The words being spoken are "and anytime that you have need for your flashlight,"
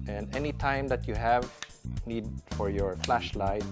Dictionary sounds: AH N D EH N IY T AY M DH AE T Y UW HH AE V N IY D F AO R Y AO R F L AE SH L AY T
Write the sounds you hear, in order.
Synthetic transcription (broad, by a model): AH N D EH N IY T AY M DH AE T Y UW HH AE V N IY D F AO R Y AO R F L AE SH L AY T